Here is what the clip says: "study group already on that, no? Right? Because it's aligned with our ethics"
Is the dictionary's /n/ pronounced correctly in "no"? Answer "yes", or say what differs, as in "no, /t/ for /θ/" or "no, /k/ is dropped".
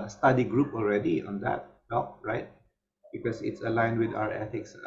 no, /l/ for /n/